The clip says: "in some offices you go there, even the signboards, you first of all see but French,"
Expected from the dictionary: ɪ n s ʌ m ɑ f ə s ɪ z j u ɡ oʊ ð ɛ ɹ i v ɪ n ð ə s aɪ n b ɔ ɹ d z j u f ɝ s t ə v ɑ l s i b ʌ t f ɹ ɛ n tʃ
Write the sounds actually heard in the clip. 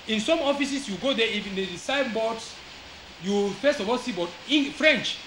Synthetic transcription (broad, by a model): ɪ n s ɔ m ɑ f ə s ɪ s j u ɡ oʊ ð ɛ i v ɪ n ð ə s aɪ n b ɔ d s j u f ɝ s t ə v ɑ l s i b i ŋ f ɹ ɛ n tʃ